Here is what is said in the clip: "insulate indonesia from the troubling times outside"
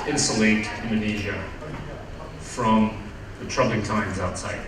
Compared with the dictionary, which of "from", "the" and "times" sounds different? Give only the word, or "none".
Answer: none